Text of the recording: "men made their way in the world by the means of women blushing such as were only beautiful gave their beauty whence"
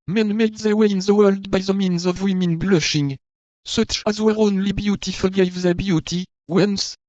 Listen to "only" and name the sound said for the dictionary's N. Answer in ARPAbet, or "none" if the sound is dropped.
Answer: N